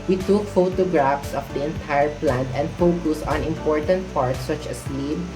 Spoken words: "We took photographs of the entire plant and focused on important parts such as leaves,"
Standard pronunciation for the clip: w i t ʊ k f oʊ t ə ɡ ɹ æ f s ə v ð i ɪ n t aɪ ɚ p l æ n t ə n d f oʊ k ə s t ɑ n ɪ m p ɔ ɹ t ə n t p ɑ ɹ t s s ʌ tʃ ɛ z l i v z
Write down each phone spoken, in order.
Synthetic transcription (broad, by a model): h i t ʊ k f oʊ t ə ɡ ɹ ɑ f s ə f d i ɪ n t aɪ ɚ p l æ n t ə n d f oʊ k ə s ɑ n ɪ m p ɔ ɹ t ə n t p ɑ ɹ t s s ʌ tʃ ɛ s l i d